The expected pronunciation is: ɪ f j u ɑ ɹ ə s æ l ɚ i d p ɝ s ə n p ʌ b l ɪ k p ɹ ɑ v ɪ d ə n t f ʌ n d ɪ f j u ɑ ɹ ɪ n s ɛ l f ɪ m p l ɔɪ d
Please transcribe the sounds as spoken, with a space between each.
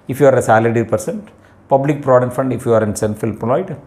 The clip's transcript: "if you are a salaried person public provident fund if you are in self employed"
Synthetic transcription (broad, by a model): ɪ f j u ɑ ɹ ə s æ l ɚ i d p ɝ s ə n p ʌ b l ɪ k p ɹ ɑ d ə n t f ʌ n d ɪ f j u ɑ ɹ ɪ n s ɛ n f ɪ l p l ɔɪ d